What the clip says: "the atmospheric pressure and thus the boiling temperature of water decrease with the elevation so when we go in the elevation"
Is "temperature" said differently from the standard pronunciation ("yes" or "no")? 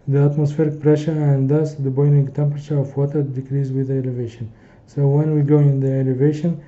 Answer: no